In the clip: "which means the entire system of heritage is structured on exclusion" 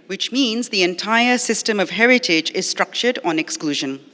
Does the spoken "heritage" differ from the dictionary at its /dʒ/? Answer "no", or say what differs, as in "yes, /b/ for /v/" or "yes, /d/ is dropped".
no